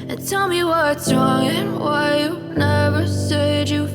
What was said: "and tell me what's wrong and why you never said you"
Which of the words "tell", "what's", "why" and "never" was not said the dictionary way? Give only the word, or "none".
none